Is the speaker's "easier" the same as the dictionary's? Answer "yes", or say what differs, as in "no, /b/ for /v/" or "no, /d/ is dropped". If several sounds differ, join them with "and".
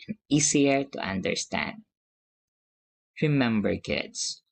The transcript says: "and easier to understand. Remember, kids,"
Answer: no, /s/ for /z/